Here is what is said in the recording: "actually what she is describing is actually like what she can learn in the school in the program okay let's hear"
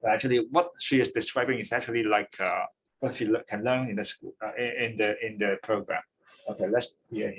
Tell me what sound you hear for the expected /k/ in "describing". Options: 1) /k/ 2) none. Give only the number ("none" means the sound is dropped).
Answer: 1